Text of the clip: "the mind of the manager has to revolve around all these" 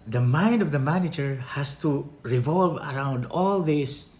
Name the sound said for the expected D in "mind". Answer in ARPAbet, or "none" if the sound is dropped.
D